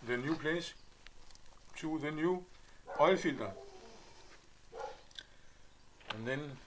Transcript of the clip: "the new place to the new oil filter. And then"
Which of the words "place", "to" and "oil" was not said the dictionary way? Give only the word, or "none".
to